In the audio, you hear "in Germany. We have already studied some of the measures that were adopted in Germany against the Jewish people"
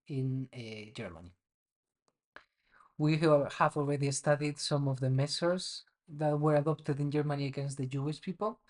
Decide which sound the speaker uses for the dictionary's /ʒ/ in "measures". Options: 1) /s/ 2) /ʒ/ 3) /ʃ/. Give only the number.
1